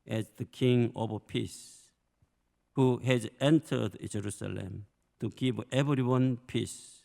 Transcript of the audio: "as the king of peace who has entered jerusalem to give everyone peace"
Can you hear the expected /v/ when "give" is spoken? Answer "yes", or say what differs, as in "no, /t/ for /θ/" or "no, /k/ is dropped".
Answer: no, /p/ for /v/